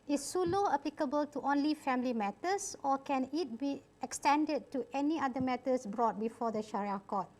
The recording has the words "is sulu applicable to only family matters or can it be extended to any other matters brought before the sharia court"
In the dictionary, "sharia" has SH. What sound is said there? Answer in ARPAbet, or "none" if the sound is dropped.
SH